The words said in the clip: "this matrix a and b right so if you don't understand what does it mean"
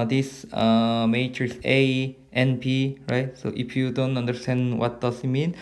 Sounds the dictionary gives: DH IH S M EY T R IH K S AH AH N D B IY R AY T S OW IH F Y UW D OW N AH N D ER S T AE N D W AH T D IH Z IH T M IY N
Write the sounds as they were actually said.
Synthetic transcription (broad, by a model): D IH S M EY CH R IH S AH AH N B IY R AY T S OW IH F Y UW D OW N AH N D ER S T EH N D W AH T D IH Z IH T M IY N